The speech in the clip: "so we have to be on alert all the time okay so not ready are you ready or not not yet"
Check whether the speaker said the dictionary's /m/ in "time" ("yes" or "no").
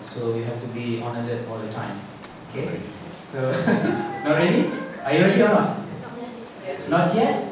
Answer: yes